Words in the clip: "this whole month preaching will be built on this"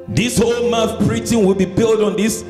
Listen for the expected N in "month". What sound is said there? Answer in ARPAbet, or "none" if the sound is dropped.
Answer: none